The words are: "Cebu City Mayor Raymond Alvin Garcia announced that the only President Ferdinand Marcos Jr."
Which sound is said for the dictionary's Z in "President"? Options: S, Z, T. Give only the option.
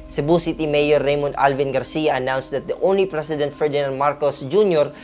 S